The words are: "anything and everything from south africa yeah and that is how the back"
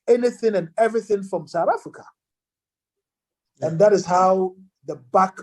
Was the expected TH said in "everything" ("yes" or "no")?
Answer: yes